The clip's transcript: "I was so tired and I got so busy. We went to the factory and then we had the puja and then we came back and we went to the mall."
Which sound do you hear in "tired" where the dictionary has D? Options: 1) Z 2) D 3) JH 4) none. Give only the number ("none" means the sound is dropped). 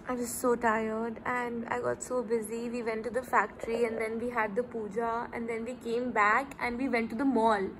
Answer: 2